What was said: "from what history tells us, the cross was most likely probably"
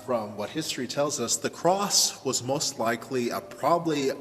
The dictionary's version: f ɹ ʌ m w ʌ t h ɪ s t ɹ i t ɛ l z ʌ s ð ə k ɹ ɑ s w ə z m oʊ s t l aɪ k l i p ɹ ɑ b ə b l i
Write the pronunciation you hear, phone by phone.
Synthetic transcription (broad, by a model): f ɹ ʌ m w ʌ t h ɪ s t ɹ i t ɛ l z ʌ s ð ə k ɹ ɑ s w ə z m oʊ s t l aɪ k l i p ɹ ɑ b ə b l i